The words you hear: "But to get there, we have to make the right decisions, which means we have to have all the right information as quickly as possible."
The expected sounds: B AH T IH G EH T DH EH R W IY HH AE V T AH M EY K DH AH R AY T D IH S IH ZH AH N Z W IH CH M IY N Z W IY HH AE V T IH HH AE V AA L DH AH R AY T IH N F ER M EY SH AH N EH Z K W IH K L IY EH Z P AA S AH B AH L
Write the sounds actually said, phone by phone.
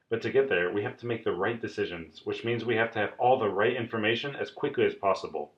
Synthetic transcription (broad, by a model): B AH T IH G EH T DH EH R W IY HH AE F T AH M EY K DH AH R AY T D IH S IH ZH AH N Z W IH CH M IY N Z W IY HH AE F T IH V AA L DH AH R AY T IH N F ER M EY SH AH N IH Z K W IH K L IY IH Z P AA S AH B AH L